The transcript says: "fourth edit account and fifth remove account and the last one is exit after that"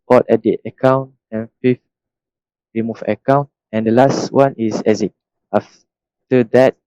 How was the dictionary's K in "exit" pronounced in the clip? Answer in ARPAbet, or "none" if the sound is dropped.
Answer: none